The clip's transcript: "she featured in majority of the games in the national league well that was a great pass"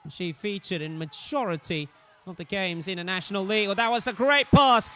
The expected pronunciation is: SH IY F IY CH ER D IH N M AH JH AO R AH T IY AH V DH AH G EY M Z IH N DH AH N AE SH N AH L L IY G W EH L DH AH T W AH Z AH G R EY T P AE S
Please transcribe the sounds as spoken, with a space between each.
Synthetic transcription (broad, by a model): SH IY F IY CH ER D IH N M AH JH AO R AH T IY AH V DH AH G EY M Z IH N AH N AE SH N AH L L IY G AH DH AH T W AH Z AH G R EY T P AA S